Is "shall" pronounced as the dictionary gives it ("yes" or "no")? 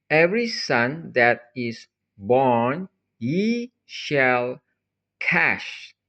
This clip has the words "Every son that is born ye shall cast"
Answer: yes